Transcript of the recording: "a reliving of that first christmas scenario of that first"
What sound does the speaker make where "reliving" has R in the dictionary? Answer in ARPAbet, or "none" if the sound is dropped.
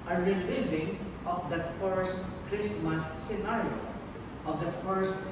R